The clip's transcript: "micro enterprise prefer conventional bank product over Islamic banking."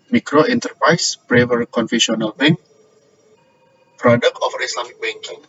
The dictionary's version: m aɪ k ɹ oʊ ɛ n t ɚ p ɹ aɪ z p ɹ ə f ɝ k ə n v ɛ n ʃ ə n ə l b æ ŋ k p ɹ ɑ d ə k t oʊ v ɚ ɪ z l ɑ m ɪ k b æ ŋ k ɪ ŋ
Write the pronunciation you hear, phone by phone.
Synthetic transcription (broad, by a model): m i k ɹ oʊ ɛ n t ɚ p ɹ aɪ s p ɹ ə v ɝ k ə n f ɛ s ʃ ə n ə l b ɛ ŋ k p ɹ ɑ d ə k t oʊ f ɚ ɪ s l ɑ m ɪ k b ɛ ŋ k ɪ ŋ